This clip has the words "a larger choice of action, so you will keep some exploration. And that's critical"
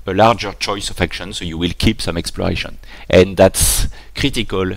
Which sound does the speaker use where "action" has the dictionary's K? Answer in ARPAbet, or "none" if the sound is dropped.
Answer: K